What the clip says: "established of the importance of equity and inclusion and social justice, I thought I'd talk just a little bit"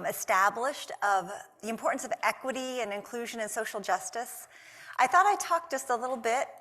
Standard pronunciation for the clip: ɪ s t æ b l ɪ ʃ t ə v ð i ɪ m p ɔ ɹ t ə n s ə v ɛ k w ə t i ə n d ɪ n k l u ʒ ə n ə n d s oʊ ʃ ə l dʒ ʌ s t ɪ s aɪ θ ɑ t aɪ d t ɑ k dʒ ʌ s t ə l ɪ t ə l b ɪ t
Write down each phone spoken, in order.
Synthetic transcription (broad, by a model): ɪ s t æ b l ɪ ʃ t ə v ð i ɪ m p ɔ ɹ t n s ə v ɛ k w ə t i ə n ɪ n k l u ʒ ə n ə n s oʊ ʃ l dʒ ʌ s t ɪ s aɪ θ ɑ t aɪ t ɑ k dʒ ʌ s t ə l ɪ t l b ɪ t